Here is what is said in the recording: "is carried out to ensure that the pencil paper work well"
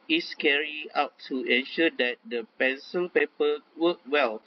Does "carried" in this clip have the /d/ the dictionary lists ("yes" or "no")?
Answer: no